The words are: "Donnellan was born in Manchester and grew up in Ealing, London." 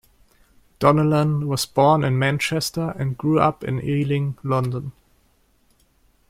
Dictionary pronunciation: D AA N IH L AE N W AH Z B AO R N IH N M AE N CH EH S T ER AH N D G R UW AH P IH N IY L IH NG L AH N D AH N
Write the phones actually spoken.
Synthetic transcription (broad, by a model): D AA N IH L AE N W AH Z B AO R N IH N M AE N CH EH S T ER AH N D G R UW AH P IH N IY L IH NG L AH N D AH N